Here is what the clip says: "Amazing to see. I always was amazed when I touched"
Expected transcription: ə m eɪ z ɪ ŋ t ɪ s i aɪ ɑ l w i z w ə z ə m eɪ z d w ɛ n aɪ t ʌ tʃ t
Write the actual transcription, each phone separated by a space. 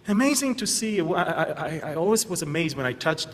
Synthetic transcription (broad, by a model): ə m eɪ z ɪ ŋ t ɪ s i aɪ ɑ l w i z w ə z ə m eɪ z d w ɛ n aɪ t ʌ tʃ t